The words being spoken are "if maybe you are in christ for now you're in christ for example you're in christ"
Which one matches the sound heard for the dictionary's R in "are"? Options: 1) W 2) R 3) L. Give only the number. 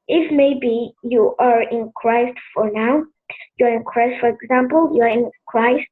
2